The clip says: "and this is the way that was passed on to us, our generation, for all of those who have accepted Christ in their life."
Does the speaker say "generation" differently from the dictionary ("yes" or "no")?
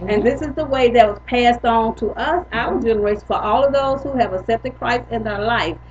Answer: yes